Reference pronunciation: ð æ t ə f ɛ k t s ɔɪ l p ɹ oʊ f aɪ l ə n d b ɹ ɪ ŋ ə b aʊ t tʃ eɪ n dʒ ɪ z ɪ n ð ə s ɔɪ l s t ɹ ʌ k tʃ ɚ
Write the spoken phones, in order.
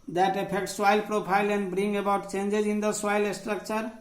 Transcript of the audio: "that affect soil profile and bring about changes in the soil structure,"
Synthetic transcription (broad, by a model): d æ t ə p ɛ k t s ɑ l p ɹ oʊ p aɪ l ə n d b ɹ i ŋ ə b aʊ t tʃ eɪ n dʒ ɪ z ɪ n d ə s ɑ l s t ɹ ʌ k tʃ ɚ